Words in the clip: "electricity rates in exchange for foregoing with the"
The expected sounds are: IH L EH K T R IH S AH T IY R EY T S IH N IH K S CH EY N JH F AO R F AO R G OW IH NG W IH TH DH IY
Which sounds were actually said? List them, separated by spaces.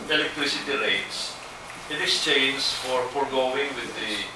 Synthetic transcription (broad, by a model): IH L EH K T R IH S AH T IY R EY T S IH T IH S CH EY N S F AO R F AO R G OW IH NG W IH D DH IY